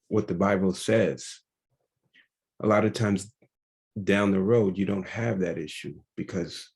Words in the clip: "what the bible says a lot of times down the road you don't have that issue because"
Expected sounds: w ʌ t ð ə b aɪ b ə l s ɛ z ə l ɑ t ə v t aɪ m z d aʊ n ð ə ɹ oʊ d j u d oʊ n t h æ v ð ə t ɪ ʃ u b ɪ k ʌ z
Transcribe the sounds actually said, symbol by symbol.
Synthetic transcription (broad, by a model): w ʌ t ð ə b aɪ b l s ɛ z ə l ɑ t ə v t aɪ m z d aʊ n ð ə ɹ oʊ d j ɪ d oʊ n t h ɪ v ð ə t ɪ ʃ u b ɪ k ʌ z